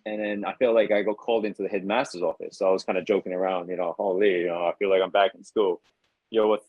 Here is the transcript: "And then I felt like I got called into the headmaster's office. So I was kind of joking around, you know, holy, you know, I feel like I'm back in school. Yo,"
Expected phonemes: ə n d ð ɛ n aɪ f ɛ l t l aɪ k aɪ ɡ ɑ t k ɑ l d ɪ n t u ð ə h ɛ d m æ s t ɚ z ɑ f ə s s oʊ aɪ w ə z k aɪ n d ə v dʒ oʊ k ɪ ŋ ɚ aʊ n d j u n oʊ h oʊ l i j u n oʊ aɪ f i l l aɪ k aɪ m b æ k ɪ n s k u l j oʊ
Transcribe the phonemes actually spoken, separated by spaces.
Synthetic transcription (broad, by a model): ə n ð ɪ n aɪ f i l l aɪ k aɪ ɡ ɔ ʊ k ɑ l d ɪ n t u ð ə h ɛ d m æ s t ɚ z ɑ f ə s s oʊ aɪ w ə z k aɪ n d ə dʒ oʊ k ɪ ŋ ɚ aʊ n d j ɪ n oʊ h oʊ l i j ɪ n oʊ aɪ f i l l aɪ k aɪ m b æ k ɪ n s k u l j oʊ